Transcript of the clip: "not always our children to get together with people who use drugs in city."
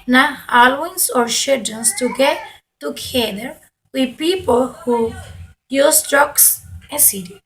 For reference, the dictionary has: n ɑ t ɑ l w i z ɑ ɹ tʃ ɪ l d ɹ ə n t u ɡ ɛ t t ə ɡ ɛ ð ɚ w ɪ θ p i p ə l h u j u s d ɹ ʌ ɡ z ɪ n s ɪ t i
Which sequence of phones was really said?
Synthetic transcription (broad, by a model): n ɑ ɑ l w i s ɑ ɹ ʃ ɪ d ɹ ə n t u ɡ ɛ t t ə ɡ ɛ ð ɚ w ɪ p i p ə l h u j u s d ɹ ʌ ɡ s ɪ s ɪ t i